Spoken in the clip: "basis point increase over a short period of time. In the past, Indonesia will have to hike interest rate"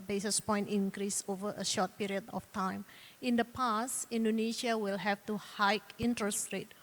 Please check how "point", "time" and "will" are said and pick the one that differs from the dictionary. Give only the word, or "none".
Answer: none